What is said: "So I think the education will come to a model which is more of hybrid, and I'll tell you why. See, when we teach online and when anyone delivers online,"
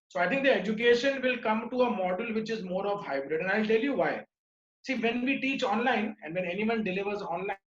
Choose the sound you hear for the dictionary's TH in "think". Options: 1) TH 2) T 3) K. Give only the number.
2